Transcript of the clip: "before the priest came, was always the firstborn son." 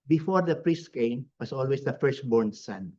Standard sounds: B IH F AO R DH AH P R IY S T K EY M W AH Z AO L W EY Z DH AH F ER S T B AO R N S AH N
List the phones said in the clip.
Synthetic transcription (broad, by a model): B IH F AO R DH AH P R IY S T K EY M W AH S AO L W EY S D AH F ER S T B AO R N S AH N